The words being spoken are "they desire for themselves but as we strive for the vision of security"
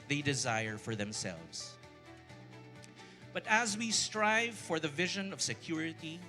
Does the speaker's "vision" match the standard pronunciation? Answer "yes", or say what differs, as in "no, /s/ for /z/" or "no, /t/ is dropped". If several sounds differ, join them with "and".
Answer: yes